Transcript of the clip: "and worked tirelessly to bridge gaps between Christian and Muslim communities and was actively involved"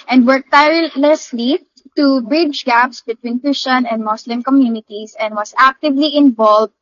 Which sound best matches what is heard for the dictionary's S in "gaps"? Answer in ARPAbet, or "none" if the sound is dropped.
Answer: S